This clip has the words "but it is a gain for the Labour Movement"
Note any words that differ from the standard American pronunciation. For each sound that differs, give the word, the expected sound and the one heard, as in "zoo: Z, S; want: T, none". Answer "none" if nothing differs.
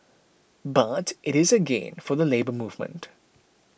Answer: none